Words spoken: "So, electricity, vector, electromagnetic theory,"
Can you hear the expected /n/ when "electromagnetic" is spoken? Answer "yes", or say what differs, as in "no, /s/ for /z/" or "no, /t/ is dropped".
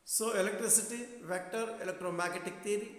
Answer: no, /n/ is dropped